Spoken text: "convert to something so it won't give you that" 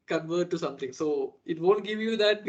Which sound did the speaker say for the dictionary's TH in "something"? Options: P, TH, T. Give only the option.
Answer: T